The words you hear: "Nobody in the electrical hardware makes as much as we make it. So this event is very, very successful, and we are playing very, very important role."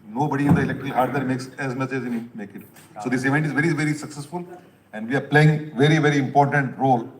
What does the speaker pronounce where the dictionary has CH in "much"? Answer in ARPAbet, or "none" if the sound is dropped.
S